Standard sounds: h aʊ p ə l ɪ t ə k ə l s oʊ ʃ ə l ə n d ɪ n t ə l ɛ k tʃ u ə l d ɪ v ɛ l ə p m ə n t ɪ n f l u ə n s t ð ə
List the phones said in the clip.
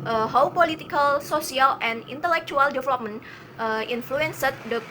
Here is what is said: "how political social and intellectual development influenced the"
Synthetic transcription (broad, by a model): h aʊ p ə l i t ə k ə l s oʊ s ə l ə n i n t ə l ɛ k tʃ u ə l d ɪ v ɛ l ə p m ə n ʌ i n f l u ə n s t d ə